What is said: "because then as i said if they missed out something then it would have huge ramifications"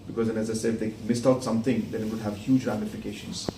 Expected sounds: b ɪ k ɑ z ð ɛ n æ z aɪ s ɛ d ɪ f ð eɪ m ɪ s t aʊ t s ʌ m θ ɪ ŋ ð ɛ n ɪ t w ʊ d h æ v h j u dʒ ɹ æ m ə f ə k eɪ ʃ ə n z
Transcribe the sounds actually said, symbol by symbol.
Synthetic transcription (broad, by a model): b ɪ k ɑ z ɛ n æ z aɪ s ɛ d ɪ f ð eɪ m ɪ s t aʊ t s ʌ m t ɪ ŋ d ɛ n ɪ t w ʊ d h æ v h j u dʒ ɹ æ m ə f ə k eɪ ʃ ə n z